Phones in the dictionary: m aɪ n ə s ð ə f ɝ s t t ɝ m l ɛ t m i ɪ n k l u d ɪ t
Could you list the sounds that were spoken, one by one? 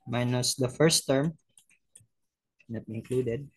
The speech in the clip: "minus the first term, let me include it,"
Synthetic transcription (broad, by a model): m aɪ n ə s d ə f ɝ s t t ɝ m n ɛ t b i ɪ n k l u d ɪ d